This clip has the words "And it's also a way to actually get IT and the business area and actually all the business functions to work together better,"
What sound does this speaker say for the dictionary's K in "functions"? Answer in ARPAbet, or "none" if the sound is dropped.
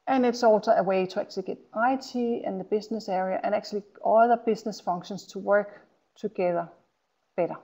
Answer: none